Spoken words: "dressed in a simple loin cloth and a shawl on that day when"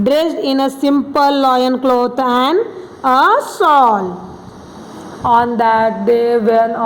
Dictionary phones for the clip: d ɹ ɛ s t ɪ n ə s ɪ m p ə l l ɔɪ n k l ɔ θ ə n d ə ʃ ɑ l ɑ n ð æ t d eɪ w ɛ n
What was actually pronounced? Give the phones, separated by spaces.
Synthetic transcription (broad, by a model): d ɹ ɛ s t ɪ n ə s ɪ m p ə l l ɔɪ n k l ɔ t ə n d ə s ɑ l ɑ n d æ t d eɪ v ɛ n